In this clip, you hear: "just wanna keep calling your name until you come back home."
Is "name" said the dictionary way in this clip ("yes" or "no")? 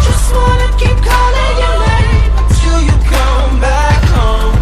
no